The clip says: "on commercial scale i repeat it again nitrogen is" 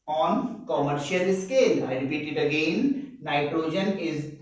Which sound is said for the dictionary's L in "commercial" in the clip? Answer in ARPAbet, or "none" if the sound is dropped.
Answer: L